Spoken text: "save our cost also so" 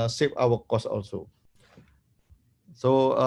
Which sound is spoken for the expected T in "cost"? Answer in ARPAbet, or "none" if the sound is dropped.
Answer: none